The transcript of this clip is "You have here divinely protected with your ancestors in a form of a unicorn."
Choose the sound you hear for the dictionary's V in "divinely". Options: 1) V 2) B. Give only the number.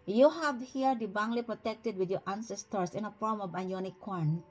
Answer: 2